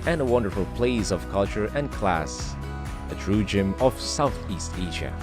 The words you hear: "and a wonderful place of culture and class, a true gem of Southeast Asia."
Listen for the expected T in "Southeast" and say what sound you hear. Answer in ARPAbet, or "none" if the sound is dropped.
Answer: T